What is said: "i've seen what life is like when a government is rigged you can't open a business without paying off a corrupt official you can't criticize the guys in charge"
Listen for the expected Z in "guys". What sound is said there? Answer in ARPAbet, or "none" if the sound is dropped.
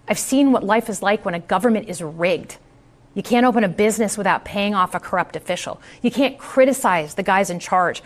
Z